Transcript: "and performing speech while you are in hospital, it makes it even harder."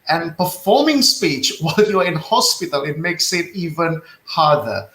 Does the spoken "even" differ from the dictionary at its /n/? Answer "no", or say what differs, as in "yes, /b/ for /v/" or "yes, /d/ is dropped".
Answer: no